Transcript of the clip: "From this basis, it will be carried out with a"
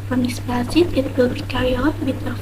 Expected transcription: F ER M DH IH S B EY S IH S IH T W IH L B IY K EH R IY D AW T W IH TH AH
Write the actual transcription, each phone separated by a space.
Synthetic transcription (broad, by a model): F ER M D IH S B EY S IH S IH T W IH L B IY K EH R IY AW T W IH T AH